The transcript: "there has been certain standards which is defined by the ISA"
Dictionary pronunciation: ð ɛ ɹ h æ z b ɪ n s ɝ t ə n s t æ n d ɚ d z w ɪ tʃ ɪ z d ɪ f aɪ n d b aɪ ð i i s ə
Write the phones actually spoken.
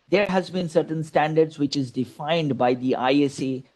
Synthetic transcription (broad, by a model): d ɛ ɹ h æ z b ɪ n s ɝ t ə n s t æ n d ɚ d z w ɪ tʃ ɪ z d ɪ f aɪ n d b aɪ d i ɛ s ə